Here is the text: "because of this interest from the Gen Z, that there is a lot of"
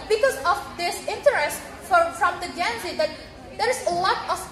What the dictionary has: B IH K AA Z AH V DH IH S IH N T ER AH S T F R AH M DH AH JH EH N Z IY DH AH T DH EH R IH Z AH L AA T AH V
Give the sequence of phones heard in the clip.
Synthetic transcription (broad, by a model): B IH K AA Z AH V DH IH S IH N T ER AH S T F R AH M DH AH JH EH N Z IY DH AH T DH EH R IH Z AH L AA T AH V